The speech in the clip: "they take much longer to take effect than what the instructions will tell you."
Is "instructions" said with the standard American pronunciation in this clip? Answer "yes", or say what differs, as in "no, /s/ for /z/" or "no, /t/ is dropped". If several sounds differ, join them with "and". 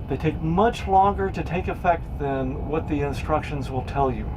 yes